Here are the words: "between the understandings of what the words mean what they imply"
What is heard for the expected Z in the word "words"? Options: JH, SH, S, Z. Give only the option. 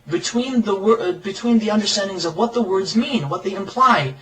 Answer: Z